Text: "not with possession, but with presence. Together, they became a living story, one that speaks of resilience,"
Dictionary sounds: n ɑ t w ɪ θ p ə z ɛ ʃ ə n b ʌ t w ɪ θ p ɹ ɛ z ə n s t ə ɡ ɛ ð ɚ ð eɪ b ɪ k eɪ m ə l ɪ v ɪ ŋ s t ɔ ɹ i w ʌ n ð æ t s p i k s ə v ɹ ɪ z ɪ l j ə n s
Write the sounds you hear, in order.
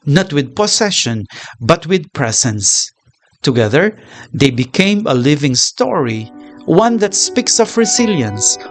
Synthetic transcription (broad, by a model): n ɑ t w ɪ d p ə s ɛ ʃ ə n b ʌ t w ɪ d p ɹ ɛ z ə n s t ə ɡ ɛ ð ɚ ð eɪ b ɪ k eɪ m ə l ɪ v ɪ ŋ s t ɔ ɹ i w ʌ n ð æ t s p i k s ə v ɹ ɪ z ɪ l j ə n s